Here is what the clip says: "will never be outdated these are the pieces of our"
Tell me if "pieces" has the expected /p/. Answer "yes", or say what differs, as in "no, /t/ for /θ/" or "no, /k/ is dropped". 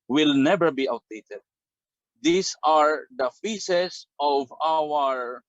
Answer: no, /f/ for /p/